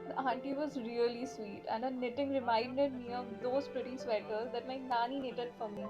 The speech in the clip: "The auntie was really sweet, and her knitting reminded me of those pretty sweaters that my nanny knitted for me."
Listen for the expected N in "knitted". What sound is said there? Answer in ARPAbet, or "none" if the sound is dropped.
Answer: N